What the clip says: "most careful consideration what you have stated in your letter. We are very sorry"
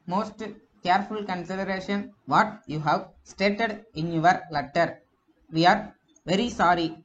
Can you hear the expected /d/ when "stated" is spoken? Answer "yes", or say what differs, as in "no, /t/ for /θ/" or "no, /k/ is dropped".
yes